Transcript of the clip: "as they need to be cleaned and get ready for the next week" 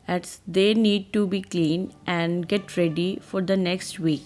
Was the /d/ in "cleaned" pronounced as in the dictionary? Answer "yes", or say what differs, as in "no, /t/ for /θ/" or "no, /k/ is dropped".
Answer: no, /d/ is dropped